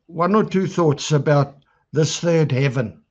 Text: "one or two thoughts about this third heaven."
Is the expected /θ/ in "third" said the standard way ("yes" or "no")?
yes